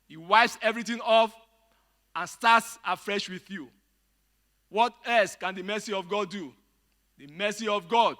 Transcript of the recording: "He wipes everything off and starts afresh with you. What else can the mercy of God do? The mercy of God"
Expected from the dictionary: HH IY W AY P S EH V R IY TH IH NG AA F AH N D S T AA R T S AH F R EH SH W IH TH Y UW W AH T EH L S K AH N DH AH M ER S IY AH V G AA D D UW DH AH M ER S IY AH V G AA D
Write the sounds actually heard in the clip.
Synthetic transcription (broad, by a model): HH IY W AY P S EH V R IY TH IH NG AA F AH N S T AA T S AH F R EH SH W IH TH Y UW W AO T EH L S K AH N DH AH M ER S IY AH V G AA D D UW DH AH M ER S IY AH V G AA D